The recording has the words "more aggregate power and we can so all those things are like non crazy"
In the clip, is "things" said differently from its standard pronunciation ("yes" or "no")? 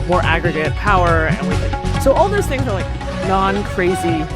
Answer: no